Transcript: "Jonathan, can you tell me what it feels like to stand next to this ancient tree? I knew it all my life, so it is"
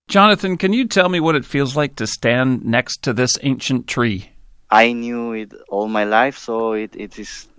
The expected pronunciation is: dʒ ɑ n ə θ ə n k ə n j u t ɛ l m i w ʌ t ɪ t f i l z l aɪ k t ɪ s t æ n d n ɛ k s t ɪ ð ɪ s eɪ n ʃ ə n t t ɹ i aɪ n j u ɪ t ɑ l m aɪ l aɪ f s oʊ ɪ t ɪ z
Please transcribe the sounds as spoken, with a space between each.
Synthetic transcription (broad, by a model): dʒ ɑ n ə θ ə n k ə n j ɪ t ɛ l m i w ʌ t ɪ t f i l z l aɪ k t ɪ s t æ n n ɛ k s t ɪ ð ɪ s eɪ n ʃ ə n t t ɹ i aɪ n j u ɪ t ɑ l m aɪ l aɪ f s oʊ ɪ t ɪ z